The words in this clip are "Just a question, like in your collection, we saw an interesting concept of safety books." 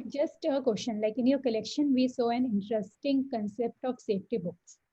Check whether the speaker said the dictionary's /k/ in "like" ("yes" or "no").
yes